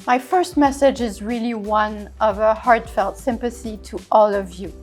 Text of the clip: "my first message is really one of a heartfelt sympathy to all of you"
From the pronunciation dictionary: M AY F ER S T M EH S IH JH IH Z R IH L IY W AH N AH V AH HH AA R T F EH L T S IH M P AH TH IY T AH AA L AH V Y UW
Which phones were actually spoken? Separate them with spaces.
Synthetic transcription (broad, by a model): M AY F ER S T M EH S IH JH IH Z R IH L IY W AH N AH V AH HH AA R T F EH L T S IH M P AH TH IY T AH AA L AH V Y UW